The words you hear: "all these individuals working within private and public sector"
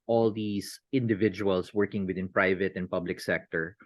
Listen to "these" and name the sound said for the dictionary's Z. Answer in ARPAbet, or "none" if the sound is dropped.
S